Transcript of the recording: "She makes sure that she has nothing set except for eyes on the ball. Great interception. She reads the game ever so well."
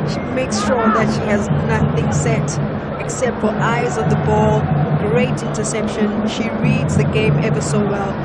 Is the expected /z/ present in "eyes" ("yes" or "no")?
yes